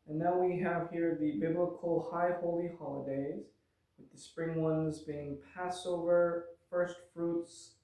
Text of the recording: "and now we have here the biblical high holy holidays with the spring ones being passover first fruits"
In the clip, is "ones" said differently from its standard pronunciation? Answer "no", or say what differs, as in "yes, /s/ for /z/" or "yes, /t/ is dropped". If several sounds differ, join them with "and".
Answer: no